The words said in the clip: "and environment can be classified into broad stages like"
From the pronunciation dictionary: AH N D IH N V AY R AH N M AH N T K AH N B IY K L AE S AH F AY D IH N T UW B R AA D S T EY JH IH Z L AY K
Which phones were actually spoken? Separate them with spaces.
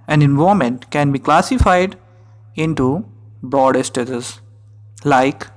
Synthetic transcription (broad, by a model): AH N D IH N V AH M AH N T K AH N B IY K L AE S AH F AY D IH N T UW B R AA D S T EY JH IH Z L AY K